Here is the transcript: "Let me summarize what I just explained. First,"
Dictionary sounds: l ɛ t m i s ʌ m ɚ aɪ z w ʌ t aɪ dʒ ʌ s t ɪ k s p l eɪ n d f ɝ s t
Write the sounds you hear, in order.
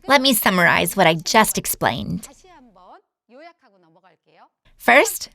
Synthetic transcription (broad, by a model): l ɛ t m i s ʌ m ɚ aɪ z w ʌ t aɪ dʒ ʌ s t ɪ k s p l eɪ n d f ɝ s t